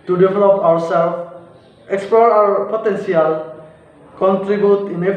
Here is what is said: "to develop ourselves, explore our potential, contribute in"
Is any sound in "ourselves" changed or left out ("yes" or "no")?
yes